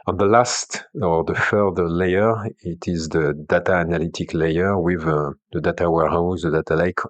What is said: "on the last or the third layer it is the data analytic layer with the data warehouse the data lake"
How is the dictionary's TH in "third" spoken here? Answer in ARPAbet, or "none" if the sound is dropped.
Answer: F